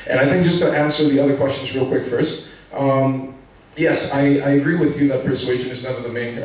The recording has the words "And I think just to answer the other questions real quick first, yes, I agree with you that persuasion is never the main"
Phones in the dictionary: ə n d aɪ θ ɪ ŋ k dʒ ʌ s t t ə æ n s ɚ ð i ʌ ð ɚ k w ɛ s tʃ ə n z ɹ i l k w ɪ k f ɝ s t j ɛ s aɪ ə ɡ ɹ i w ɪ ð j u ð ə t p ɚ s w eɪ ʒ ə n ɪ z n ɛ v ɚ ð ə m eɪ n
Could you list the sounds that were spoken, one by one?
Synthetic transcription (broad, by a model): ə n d aɪ θ ɪ ŋ k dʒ ʌ s t t æ n s ɚ ð i ʌ ð ɚ k w ɛ s tʃ ə n z ɹ i l k w ɪ k f ɝ s t j ɛ s aɪ ə ɡ ɹ i w ɪ ð j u ð ə t p ɚ s w eɪ ʒ ə n ɪ z n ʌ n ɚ ð ə m eɪ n